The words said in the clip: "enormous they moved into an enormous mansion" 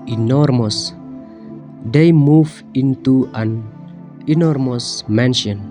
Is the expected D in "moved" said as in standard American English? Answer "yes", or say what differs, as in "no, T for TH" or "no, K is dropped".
no, D is dropped